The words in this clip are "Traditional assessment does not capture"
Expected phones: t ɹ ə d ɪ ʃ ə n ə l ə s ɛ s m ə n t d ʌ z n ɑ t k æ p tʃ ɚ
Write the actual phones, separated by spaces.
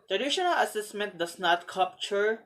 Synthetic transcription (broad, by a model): t ɹ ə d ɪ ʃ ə n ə l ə s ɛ s m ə n t d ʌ s n ɑ t k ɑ p tʃ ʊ